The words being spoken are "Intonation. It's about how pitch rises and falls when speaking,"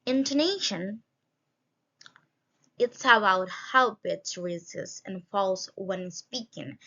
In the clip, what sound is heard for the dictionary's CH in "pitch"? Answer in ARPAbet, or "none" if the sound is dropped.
S